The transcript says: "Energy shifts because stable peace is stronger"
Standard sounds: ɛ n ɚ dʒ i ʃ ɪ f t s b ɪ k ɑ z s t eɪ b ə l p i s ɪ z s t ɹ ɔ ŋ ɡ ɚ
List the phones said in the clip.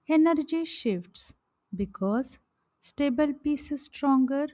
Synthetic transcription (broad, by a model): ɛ n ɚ dʒ i ʃ ɪ f t s b ɪ k ɑ z s t eɪ b ə l p i s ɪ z s t ɹ ɔ ŋ ɡ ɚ